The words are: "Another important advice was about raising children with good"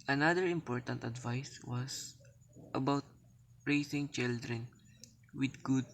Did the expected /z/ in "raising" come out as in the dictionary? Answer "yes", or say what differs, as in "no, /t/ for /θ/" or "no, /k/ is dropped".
no, /s/ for /z/